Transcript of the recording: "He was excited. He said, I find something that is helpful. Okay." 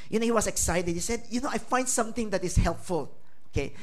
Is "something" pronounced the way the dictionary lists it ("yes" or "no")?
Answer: no